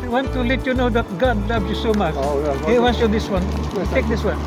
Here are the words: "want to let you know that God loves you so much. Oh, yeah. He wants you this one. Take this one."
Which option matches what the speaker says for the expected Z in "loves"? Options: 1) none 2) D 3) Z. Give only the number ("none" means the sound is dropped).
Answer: 1